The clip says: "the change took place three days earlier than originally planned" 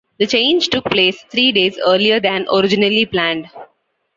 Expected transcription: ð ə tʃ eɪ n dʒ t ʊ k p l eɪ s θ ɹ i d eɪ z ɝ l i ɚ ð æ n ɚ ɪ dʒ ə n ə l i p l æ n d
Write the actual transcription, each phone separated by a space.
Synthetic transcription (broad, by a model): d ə tʃ eɪ n dʒ t ʊ k p l eɪ s t ɹ i d eɪ z ɝ l i ɚ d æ n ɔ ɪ dʒ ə n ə l i p l æ n d